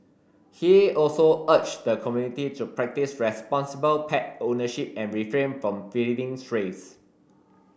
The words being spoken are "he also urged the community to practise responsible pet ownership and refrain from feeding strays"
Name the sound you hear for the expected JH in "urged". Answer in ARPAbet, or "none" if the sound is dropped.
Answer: CH